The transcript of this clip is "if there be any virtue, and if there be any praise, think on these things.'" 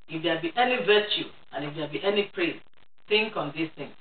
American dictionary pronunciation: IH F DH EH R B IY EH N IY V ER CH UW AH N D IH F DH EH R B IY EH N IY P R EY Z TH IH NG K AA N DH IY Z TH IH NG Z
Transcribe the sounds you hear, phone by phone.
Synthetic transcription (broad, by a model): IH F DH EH B IY EH N IY V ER CH UW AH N IH F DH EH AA B IY EH N IY P R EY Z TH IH NG K AA N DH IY S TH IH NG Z